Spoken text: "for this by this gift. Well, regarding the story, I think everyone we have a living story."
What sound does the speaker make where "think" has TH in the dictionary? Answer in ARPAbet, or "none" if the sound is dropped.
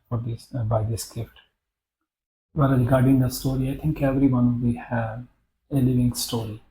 T